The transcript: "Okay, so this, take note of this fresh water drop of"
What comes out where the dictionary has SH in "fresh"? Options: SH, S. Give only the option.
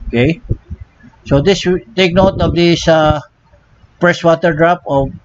S